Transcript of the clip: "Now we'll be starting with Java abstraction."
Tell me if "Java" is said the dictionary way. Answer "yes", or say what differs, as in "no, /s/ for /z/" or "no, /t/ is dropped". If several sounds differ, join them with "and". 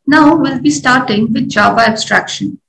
no, /b/ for /v/